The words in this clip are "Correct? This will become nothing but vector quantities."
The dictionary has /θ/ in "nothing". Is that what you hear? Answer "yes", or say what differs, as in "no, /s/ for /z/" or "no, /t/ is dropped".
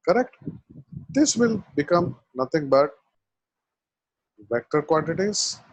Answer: no, /t/ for /θ/